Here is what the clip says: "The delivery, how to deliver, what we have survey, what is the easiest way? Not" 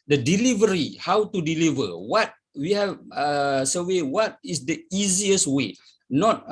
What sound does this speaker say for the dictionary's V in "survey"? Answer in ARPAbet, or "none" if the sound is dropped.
W